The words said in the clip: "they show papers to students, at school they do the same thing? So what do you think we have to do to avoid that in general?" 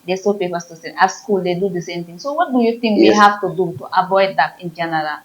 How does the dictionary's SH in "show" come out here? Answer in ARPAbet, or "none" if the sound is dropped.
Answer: S